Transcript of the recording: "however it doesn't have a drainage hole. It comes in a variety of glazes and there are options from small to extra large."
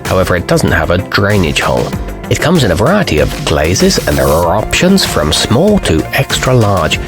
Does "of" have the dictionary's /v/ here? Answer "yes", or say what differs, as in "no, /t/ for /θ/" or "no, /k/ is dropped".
yes